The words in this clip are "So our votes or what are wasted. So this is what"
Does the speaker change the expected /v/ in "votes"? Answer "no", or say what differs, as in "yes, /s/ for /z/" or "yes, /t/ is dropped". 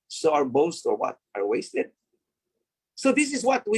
yes, /b/ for /v/